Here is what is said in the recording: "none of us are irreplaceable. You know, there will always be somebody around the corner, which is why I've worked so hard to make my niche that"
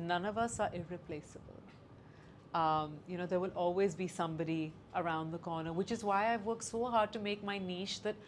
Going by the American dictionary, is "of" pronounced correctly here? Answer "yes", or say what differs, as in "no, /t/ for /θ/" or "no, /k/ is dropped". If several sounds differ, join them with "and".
yes